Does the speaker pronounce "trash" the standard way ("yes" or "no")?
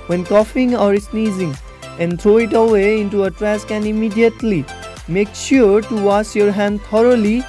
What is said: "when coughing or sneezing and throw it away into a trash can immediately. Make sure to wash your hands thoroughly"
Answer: no